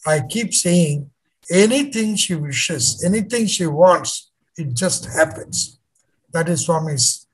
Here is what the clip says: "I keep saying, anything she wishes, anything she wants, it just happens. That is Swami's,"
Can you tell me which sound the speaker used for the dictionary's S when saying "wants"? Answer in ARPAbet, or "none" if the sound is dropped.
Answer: S